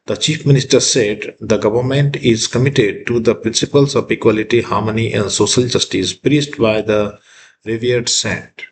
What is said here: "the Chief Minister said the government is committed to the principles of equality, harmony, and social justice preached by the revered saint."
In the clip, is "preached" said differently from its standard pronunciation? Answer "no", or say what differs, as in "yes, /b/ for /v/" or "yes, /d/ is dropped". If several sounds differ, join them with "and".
yes, /s/ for /tʃ/